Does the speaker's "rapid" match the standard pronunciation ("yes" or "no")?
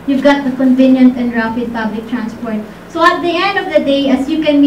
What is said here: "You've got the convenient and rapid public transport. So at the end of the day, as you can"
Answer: no